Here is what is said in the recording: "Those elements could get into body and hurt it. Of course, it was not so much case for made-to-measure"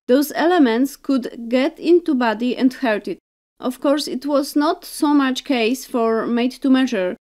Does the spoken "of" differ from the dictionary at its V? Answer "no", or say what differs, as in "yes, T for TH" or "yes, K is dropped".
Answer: yes, F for V